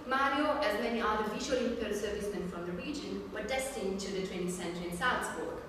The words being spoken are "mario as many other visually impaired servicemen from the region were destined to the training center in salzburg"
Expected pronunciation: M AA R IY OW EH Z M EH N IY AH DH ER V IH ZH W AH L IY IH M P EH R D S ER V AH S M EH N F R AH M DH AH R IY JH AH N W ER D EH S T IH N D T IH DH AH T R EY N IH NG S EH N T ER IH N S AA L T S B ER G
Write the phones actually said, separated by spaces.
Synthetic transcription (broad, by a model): M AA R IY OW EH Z M EH N IY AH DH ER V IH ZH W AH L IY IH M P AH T S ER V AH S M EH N F R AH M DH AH R IY JH AH N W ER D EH S T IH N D T IH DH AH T W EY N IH S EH N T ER IH N S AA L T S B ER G